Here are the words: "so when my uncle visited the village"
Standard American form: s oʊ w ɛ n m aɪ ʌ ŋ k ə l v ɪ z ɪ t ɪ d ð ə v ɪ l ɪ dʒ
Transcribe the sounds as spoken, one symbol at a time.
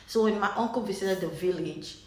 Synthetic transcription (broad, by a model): s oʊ w ɛ n m aɪ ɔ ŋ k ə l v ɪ s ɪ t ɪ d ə v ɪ l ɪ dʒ